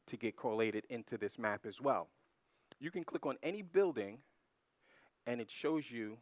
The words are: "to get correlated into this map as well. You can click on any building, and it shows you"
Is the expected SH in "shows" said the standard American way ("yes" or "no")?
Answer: yes